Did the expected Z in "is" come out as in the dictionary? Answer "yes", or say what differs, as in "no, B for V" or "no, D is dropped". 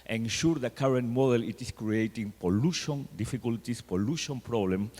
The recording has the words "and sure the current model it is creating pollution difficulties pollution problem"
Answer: no, S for Z